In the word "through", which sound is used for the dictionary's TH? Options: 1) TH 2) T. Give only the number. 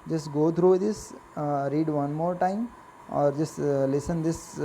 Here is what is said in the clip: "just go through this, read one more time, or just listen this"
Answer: 2